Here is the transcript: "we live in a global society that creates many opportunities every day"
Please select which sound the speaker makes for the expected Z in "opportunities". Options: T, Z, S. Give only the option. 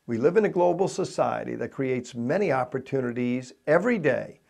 Z